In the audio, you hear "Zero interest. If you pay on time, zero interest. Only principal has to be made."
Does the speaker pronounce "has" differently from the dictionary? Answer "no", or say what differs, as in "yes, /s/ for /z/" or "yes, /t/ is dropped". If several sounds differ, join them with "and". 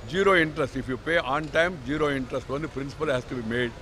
yes, /s/ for /z/